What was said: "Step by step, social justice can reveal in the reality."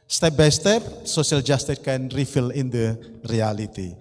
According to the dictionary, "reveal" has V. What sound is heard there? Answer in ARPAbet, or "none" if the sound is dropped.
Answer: F